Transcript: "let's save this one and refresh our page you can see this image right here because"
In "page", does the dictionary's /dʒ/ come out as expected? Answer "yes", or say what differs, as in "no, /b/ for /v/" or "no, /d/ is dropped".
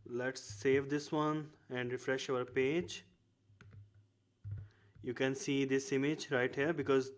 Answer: yes